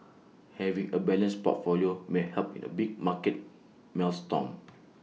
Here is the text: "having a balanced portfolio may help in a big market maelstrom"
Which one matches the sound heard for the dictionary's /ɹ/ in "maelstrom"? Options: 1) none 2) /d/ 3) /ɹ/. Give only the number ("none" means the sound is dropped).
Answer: 1